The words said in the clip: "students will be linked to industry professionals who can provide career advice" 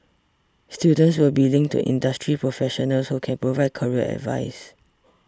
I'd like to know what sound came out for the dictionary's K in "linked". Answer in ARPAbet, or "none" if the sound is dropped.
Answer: none